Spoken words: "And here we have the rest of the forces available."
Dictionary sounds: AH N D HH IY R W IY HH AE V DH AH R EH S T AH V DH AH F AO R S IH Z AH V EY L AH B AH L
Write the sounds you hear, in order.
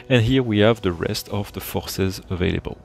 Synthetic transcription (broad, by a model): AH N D HH IY R W IY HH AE V DH AH R EH S T AH V DH AH F AO R S IH Z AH V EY L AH B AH L